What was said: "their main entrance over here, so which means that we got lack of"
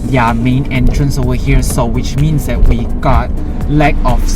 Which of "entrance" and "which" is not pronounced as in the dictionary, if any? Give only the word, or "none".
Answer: none